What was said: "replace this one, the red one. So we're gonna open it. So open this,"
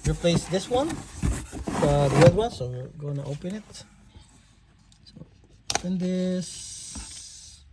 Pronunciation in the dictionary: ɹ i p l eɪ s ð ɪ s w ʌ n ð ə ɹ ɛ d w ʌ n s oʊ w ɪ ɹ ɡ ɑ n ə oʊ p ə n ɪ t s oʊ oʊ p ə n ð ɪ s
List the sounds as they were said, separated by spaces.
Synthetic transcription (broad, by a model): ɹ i p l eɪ s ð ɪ s w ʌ n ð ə w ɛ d w ʌ n s oʊ w ɪ ɹ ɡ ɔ ə oʊ p ə n ɪ t s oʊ oʊ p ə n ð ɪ s